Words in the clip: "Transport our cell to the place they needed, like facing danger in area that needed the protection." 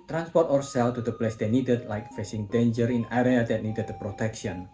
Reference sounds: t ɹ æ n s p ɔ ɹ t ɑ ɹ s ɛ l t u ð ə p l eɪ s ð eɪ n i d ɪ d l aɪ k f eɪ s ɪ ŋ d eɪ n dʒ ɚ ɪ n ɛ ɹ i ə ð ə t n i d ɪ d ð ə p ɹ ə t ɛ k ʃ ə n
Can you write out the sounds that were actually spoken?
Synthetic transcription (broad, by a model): t ɹ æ n s p ɔ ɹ t ɑ ɹ s ɛ l t u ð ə p l eɪ s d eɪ n i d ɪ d l aɪ k f eɪ s ɪ ŋ d eɪ n dʒ ɚ ɪ n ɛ ɹ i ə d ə t n i d ɪ d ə p ɹ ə t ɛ k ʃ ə n